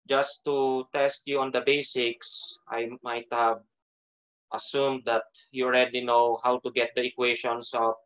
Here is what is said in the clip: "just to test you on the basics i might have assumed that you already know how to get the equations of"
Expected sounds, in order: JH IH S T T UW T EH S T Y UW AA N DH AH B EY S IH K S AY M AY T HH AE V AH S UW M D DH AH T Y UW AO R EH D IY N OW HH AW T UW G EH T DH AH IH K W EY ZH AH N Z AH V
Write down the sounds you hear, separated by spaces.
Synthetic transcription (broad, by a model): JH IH S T T UW T EH S T Y UW AA N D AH B EY S IH K S AY M AY T HH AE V AH S UW M D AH T Y UW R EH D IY N OW HH AW T UW G EH T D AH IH K W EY SH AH N S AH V